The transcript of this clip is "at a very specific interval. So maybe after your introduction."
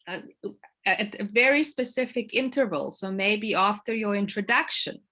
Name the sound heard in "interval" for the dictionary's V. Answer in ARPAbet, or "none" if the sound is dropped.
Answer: V